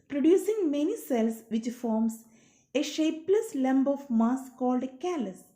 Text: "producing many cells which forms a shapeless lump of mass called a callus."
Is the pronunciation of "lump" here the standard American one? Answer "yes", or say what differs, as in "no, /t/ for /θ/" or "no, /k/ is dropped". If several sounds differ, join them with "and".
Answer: no, /b/ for /p/